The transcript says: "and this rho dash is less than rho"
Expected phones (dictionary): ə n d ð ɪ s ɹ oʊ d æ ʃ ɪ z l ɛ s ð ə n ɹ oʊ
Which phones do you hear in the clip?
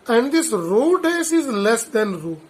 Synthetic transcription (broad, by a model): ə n d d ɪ s ɹ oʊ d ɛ s ɪ z l ɛ s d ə n ɹ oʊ